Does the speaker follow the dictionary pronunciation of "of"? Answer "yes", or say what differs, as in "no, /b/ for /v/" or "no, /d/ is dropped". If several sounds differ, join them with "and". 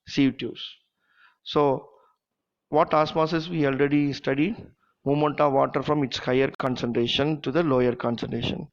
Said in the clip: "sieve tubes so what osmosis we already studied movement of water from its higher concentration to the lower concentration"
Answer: yes